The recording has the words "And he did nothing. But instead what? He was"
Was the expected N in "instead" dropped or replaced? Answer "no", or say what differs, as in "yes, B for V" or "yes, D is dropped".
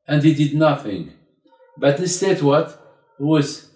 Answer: yes, N is dropped